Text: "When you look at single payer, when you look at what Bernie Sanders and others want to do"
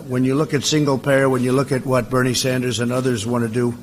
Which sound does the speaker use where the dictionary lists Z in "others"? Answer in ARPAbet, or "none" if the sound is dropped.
Z